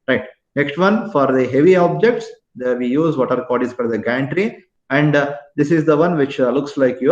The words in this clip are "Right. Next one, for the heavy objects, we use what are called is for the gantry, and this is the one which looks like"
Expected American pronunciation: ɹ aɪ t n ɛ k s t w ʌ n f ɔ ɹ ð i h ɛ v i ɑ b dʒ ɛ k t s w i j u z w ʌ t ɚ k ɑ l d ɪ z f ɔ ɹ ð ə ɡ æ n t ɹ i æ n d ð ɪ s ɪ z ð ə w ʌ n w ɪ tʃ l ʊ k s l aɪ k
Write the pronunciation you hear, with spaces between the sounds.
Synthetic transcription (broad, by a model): ɹ aɪ t n ɛ k s t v ʌ n f ɔ ɹ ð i h ɛ v i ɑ b dʒ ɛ k t s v i j u z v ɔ t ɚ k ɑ d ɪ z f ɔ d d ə ɡ æ n t ɹ i æ n d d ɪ s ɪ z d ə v ʌ n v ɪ tʃ l ʊ k s l aɪ k